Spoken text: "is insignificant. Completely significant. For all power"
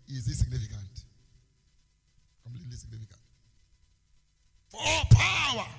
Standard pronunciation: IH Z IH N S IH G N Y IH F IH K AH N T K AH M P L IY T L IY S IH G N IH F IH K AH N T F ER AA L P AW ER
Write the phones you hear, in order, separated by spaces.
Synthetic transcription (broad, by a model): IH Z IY S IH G N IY F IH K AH N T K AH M L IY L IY S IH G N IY F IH K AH N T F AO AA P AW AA